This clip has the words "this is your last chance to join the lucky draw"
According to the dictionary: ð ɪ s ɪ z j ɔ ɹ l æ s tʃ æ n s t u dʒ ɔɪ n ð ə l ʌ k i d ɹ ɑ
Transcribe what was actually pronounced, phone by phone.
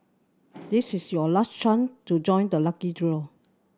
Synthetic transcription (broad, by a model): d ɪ s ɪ s j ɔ l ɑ s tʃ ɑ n t u dʒ ɔɪ n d ə l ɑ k i d ɹ ɑ